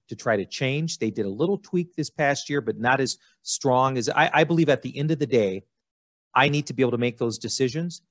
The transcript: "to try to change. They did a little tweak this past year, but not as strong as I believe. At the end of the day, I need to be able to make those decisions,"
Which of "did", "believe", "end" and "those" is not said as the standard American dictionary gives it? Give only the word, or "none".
none